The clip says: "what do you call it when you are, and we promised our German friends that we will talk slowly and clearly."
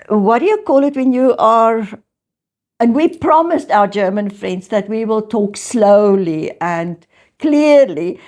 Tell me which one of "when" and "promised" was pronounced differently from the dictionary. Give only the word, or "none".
none